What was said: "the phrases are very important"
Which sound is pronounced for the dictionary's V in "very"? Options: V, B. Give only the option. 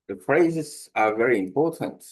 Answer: V